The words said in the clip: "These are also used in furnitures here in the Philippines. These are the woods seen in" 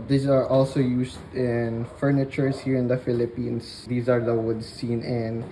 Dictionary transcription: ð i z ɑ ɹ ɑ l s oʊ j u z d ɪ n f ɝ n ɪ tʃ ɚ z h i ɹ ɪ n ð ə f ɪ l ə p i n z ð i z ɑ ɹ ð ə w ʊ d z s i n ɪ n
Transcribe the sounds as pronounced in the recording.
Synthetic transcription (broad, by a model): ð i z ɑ ɹ ɑ l s oʊ j u s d ɪ n f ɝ n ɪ tʃ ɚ s h i ɹ ɪ n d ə f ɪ l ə p i n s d i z ɑ ɹ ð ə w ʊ d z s i n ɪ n